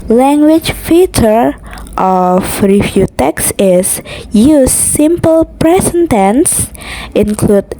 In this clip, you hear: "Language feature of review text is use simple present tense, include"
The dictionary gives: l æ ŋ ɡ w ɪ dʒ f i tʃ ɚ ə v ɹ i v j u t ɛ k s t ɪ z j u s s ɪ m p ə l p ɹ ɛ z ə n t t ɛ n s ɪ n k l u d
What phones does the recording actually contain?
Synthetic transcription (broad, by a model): l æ ŋ ɡ w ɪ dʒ f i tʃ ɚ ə f ɹ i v j u t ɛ k s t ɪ s j u s s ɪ m p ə l p ɹ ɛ s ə n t t ɛ n s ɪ n k l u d